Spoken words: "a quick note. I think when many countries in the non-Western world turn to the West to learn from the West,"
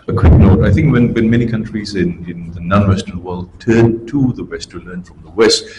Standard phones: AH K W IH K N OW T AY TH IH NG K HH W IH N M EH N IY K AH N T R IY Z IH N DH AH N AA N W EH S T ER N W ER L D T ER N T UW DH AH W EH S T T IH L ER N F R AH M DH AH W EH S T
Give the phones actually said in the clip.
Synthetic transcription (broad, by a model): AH K W IH K N OW T AY TH IH NG K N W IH N M EH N IY K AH N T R IY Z IH N DH AH N AA N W EH S T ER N W ER L D T ER N T UW DH AH W EH S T T IH L ER N F R AH M DH AH W EH S T